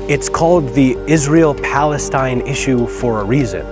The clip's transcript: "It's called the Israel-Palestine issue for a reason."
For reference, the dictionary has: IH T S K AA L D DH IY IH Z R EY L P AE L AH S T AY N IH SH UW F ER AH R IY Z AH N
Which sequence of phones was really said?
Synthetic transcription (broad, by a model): IH T S K AA L D DH IY IH Z R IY L P AE L AH S T AY N IH SH UW F ER AH R IY Z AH N